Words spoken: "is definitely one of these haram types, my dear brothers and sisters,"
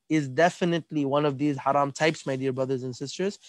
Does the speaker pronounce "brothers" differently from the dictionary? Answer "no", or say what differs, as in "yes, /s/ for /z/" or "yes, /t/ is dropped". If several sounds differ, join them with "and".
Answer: no